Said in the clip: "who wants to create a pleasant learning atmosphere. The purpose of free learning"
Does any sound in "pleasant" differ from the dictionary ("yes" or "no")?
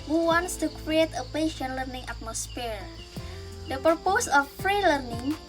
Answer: yes